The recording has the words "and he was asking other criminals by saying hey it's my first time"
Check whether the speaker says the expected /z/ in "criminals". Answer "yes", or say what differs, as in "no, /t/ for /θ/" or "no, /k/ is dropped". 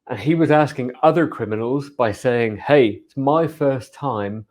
yes